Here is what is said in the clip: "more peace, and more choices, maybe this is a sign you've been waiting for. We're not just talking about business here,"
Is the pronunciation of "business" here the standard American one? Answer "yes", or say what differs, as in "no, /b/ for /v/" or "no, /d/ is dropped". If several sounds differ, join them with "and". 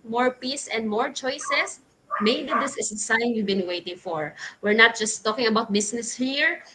no, /s/ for /z/